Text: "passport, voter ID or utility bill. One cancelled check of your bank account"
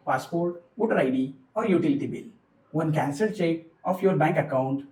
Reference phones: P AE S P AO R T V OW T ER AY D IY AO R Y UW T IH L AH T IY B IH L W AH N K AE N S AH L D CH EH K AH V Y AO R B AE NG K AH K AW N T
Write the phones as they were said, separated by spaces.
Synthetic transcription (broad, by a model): P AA S P AO R T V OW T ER AY D IY AO R Y UW T IH L AH T IY B IH L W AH N K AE N S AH D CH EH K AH F Y AO R B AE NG K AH K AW N T